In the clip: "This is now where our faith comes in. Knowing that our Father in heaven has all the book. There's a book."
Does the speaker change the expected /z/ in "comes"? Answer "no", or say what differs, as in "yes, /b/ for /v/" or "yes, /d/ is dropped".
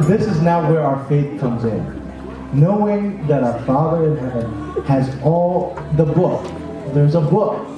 no